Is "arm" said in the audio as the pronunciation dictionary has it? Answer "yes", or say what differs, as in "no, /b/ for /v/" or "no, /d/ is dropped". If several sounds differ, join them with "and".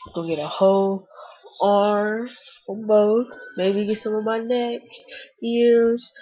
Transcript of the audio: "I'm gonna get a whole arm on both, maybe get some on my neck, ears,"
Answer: no, /m/ is dropped